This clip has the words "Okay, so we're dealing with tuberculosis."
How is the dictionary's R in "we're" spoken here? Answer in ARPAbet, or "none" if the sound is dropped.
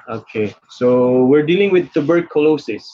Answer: R